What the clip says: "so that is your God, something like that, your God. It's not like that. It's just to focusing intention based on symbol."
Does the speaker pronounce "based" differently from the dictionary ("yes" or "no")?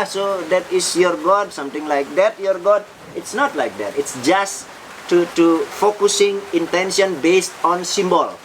no